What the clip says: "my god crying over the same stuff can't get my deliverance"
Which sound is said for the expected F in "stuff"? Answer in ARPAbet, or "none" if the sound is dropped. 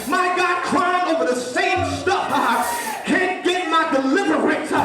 P